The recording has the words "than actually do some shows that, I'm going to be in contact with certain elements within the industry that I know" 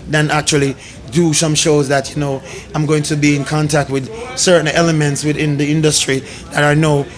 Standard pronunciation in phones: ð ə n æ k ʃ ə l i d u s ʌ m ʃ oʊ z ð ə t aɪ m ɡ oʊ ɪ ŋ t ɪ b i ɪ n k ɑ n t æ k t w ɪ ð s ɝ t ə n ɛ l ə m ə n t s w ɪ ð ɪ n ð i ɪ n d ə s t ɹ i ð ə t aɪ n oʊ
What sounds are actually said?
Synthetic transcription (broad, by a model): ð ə n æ k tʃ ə l i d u s ʌ m ʃ oʊ z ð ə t aɪ m ɡ oʊ ɪ ŋ t ɪ b i ɪ n k ɑ n t æ k t w ɪ ð s ɝ t n ɛ l ə m ə n t s w ɪ ð ɪ n ð i ɪ n d ə s t ɹ i ð ə t aɪ n oʊ